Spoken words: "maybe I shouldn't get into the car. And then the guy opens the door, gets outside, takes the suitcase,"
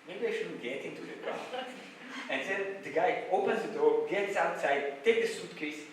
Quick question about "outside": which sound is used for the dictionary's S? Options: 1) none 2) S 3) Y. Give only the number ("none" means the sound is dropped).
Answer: 2